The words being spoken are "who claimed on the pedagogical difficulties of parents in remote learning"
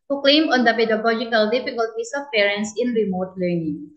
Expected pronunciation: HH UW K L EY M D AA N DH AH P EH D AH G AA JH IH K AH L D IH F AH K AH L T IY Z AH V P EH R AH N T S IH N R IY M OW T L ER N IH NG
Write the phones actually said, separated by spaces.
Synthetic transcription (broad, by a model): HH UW K L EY M AA N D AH P EH D AH G AA JH IH K AH L D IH F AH K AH L T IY S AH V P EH R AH N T S IH N R IY M OW T L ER N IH NG